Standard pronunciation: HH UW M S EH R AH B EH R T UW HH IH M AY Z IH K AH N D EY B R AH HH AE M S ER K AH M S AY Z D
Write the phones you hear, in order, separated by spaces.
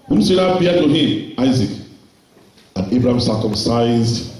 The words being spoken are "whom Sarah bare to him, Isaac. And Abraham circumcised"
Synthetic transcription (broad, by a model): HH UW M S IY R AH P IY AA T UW HH IH M AY Z IH K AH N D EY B R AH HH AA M S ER K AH M S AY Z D